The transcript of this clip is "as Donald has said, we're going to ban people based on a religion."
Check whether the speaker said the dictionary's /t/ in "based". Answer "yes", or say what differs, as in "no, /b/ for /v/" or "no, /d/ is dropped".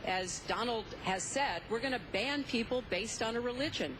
yes